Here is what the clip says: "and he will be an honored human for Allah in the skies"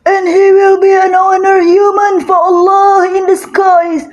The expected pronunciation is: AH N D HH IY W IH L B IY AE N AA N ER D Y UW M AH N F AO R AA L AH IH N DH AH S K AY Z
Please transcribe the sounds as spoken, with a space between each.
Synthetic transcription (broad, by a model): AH N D HH IY W IH L B IY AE N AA N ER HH Y UW M AH N F AO R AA L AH IH N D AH S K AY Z